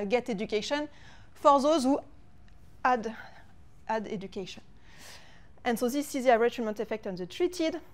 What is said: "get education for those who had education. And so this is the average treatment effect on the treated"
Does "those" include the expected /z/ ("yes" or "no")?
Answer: yes